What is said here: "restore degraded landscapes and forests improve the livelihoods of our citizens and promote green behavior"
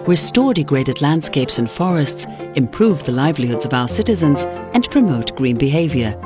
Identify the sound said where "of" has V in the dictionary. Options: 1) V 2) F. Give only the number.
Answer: 1